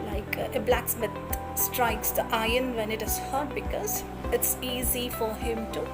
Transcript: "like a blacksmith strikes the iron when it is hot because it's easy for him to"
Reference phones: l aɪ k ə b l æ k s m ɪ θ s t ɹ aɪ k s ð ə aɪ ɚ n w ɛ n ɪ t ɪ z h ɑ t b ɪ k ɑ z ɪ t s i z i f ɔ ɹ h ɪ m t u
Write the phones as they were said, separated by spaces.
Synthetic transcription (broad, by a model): l aɪ k ə b l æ k s m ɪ t s t ɹ aɪ k s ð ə aɪ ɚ n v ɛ n ɪ t ɪ z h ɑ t b ɪ k ɑ z ɪ t s i z i f ɔ ɹ h ɪ m t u